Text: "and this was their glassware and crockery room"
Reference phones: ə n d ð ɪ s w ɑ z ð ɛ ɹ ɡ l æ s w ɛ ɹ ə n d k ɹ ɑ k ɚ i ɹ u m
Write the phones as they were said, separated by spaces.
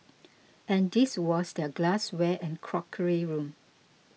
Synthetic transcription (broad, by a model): ə n d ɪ s w ɑ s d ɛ ɡ l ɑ s w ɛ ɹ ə n k ɹ ɑ k ɚ i ɹ u m